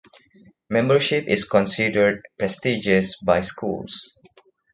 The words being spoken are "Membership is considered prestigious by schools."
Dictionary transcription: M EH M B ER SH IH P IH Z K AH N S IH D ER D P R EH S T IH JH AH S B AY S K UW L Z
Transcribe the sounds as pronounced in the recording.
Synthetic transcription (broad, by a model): M EH M B ER SH IH P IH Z K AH N S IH D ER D P R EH S T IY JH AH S B AY S K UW L S